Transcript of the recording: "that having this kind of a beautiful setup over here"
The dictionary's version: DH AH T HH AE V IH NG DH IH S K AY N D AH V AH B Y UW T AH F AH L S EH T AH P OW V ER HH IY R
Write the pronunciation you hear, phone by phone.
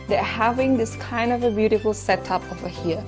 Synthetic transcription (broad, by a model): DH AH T HH AE V IH NG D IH S K AY N D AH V AH B Y UW T AH F AH L S EH T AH P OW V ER HH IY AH